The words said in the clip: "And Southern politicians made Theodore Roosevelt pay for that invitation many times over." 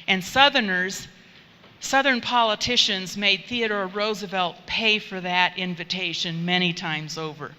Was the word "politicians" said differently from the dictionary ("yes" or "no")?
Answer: no